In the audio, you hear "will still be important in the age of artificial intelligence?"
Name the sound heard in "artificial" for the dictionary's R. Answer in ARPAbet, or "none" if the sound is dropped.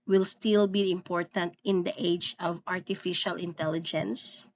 R